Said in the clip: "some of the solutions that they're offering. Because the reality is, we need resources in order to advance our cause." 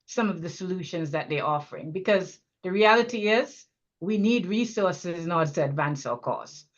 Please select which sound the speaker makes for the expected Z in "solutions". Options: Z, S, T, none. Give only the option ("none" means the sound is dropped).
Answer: Z